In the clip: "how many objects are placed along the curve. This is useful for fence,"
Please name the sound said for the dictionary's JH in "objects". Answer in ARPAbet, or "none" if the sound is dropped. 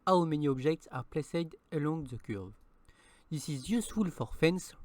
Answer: ZH